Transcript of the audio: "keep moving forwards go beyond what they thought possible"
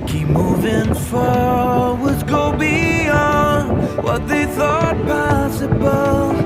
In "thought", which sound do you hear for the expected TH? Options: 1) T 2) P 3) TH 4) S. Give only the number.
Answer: 3